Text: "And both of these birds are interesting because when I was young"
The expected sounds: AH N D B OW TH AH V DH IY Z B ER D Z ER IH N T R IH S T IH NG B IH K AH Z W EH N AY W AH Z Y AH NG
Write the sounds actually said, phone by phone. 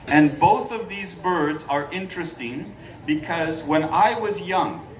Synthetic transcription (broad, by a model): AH N B OW TH AH V DH IY Z B ER D Z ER IH N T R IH S T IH NG B IH K AH Z W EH N AY W AH Z Y AH NG